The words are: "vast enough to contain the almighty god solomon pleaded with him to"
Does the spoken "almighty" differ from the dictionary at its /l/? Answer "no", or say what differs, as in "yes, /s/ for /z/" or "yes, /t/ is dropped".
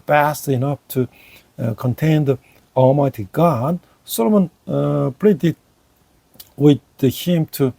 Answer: no